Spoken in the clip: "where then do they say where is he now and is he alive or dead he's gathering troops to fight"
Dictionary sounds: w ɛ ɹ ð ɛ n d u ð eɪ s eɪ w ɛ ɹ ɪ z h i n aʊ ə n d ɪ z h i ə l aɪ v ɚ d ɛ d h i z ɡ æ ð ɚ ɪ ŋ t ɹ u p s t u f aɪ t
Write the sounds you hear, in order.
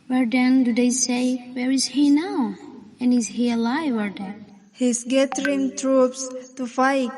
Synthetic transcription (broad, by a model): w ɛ ɹ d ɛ n d u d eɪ s eɪ w ɛ ɹ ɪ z h i n aʊ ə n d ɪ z h i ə l aɪ w ɚ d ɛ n h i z ɡ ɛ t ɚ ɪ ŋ t ɹ u p s t u f aɪ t